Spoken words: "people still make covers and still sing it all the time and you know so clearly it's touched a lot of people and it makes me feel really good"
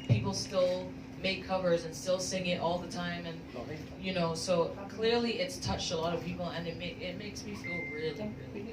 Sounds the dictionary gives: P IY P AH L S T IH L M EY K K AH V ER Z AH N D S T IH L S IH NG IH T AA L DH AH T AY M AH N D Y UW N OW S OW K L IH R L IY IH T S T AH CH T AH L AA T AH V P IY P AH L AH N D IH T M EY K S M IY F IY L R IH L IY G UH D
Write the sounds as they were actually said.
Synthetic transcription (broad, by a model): P IY P L S T IH L M EY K K AH V ER Z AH N S T IH L S IH NG IH T AA L DH AH T AY M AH N Y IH N OW S OW K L IH R L IY IH T S T AH CH T AH L AA T AH V P IY P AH N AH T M IH T M EY K S M IY F IY L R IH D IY